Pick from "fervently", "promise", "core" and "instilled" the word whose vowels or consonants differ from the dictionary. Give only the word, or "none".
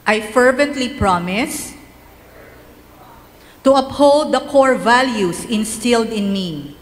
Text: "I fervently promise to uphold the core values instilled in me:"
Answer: none